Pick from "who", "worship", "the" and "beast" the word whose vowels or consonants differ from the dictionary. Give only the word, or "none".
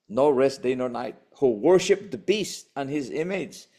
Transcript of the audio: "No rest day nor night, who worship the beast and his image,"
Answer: none